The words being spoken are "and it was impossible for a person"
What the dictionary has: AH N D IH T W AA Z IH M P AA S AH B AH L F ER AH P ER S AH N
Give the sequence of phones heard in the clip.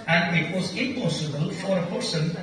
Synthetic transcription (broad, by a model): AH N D IH T W AA Z IH M P AA S AH B AH L F ER AH P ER S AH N